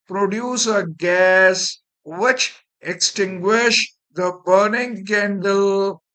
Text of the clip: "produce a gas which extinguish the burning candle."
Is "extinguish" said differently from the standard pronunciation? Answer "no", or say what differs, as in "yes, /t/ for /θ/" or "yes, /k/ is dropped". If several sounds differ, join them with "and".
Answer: no